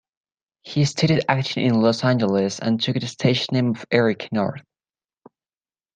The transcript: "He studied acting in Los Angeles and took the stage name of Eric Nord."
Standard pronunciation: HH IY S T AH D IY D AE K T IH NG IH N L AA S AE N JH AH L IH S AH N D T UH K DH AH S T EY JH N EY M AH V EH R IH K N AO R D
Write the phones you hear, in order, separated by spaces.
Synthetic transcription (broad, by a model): HH IY S T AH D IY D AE K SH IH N IH N L AA S AE N JH AH L IH S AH N T UH K DH AH S T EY SH N EY M AH V EH R IH K N AO R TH